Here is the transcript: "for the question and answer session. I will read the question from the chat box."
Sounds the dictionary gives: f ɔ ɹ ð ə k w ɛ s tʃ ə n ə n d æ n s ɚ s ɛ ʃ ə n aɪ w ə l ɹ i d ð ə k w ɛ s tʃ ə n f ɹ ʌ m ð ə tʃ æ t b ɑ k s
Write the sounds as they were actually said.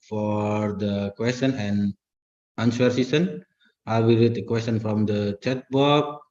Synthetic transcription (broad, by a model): f ɔ ɹ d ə k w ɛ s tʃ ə n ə n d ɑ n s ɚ s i s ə n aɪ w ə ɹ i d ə k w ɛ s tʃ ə n f ɹ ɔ m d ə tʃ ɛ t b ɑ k